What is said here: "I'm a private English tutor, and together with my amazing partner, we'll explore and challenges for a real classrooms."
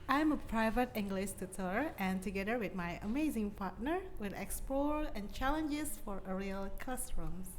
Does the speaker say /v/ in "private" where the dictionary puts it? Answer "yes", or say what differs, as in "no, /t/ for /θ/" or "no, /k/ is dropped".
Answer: yes